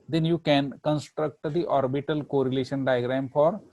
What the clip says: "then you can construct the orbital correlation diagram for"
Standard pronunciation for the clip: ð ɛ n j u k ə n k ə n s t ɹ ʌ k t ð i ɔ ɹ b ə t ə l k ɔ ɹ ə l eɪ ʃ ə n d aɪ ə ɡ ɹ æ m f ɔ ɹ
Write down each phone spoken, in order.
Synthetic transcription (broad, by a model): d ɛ n j u k ə n k ə n s t ɹ ʌ k t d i ɔ ɹ b ə t ə l k ɔ ɹ ə l eɪ ʃ ə n d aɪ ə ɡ ɹ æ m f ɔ ɹ